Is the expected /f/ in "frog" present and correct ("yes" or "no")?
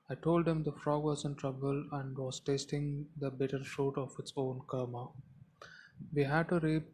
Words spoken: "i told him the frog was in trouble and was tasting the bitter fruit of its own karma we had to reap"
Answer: yes